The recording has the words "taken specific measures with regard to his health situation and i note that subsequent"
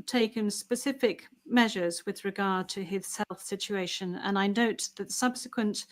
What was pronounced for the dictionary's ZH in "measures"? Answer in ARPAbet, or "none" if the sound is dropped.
ZH